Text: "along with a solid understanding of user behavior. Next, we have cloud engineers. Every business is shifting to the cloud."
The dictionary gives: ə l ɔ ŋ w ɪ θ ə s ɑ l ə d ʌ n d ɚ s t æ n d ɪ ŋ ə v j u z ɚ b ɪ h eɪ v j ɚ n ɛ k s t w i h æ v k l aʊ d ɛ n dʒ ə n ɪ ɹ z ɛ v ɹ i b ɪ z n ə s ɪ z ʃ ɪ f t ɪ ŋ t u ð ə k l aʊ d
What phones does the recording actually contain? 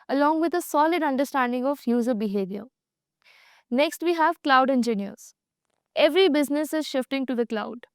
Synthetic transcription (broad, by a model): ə l ɔ ŋ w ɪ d ə s ɑ l ə d ʌ n d ɚ s t æ n d ɪ ŋ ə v j u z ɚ b ɪ h eɪ v j ɚ n ɛ k s t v i h æ v k l aʊ d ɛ n dʒ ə n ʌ ɹ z ɛ v ɹ i b ɪ z n ə s ɪ z ʃ ɪ f t ɪ ŋ t u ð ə k l aʊ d